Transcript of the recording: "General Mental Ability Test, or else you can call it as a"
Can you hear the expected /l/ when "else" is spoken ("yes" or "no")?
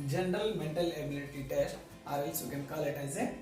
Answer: no